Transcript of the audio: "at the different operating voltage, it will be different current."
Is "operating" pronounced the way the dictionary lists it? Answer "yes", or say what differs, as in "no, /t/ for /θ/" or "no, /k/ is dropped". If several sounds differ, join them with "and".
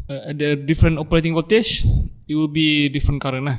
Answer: yes